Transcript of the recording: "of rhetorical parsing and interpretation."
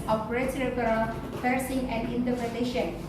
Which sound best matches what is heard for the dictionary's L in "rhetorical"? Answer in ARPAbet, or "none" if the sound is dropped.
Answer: N